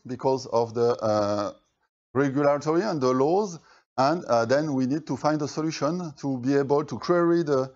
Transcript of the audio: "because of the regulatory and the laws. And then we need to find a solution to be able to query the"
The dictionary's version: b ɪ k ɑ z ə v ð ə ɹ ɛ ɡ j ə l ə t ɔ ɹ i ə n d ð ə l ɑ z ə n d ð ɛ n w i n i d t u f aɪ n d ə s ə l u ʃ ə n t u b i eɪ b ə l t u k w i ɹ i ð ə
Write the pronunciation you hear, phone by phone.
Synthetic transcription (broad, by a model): b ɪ k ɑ z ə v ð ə ɹ ɛ ɡ j ə l ə t ɔ ɹ i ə n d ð ə l ɑ z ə n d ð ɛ n w i n i d t u f aɪ n d ə s ə l u ʃ ə n t u b i eɪ b ə l t u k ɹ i ɹ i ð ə